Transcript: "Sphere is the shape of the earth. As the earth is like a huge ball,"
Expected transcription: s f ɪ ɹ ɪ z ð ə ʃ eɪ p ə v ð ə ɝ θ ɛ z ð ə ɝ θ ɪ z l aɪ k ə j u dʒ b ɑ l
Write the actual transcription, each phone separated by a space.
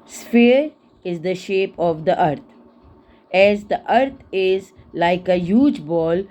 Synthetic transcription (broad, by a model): s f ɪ ɹ ɪ z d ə ʃ eɪ p ə v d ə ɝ t ɛ z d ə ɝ t ɪ z l aɪ k ə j u dʒ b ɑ l